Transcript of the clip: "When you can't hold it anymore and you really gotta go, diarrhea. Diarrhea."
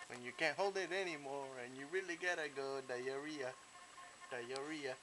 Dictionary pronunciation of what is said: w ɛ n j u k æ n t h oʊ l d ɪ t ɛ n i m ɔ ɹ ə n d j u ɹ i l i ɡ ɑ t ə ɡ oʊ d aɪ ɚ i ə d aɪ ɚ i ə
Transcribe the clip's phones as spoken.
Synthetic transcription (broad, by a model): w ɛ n j u k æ n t h oʊ l d ɪ t ɛ n i m ɔ ɹ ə n j u ɹ i l i ɡ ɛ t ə ɡ oʊ d aɪ ɚ i ə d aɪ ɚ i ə